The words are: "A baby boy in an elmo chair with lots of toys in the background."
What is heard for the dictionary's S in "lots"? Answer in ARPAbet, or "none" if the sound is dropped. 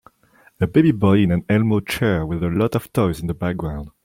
none